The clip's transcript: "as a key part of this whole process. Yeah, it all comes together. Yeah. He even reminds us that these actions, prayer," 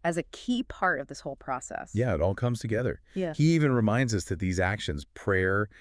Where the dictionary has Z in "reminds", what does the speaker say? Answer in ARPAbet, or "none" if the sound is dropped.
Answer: Z